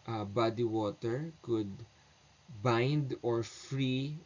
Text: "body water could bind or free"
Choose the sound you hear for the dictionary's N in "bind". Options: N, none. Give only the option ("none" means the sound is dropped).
N